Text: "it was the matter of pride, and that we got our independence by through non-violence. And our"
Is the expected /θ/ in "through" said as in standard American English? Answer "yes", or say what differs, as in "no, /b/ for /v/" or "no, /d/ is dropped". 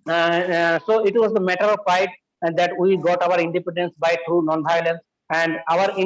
no, /t/ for /θ/